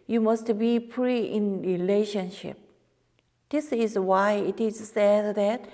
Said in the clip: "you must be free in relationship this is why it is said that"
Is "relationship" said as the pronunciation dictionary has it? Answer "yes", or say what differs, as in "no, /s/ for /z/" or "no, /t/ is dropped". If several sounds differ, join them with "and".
yes